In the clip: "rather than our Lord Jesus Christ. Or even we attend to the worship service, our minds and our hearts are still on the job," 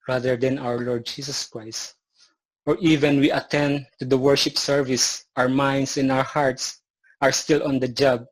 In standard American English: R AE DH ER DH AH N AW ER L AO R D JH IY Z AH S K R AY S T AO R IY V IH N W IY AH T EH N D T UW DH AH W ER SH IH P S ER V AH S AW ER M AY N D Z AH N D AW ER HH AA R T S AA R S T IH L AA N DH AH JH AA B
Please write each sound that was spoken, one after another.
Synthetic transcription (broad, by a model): R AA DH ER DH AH N AW ER L AO R D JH IY S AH S K R AY S T AO R IY V IH N W IY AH T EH N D T UW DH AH W ER SH IH P S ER V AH S AW ER M AY N D S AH N AW ER HH AA R T S AA R S T IH L AA N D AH JH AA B